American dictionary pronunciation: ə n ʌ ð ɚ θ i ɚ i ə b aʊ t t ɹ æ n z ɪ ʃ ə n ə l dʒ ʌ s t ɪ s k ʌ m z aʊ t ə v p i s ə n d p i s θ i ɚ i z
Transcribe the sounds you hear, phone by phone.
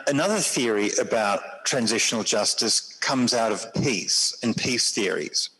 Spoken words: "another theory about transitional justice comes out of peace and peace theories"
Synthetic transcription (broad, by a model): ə n ʌ ð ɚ θ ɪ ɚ i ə b aʊ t t ɹ æ n z ɪ ʃ ə n ə l dʒ ʌ s t ɪ s k ʌ m z aʊ t ə v p i s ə n p i s θ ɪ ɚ i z